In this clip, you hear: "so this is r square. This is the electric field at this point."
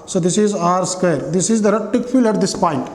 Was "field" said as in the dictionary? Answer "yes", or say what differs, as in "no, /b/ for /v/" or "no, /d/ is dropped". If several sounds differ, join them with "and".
no, /d/ is dropped